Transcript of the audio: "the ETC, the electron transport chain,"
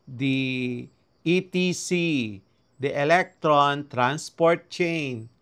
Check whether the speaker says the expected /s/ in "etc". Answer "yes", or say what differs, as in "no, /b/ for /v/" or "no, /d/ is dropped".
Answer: no, /s/ is dropped